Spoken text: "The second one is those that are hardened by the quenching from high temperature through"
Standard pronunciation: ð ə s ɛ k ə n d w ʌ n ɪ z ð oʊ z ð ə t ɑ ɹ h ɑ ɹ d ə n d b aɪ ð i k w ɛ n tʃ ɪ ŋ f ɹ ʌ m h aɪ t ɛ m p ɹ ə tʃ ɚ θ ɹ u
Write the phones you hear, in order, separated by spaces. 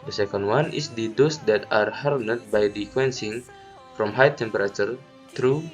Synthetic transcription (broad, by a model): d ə s ɛ k ə n d w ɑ n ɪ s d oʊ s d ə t ɑ ɹ h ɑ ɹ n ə d b aɪ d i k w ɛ n s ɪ ŋ f ɹ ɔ m h aɪ t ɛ m p ɹ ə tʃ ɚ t ɹ u